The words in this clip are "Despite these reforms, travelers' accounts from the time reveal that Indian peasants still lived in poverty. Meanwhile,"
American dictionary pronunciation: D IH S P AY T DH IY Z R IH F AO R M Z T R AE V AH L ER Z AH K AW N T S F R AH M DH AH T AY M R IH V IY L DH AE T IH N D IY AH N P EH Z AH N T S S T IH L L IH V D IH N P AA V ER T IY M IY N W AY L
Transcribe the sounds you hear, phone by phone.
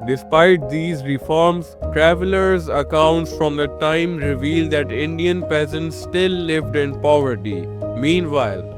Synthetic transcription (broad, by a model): D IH S P AY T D IY Z R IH F AO R M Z T R AE V AH L ER Z AH K AW N T S F R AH M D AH T AY M R IH V IY L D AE T IH N D IY AH N P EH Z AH N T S S T IH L L IH V D IH N P AA V ER T IY M IY N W AY L